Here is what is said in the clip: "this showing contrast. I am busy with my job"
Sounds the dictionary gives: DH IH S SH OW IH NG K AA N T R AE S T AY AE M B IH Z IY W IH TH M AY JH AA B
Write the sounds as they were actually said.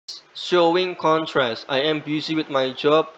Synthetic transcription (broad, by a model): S SH OW IH NG K AA N T R AE S T AY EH M B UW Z IY W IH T M AY JH AA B